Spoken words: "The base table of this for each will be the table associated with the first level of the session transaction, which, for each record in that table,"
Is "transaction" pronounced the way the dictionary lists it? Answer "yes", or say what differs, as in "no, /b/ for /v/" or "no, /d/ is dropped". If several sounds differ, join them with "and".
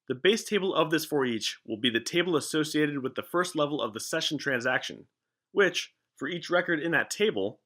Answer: yes